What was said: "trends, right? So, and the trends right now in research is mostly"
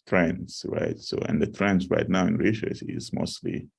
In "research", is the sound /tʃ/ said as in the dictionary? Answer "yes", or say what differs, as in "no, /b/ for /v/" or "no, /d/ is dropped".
no, /s/ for /tʃ/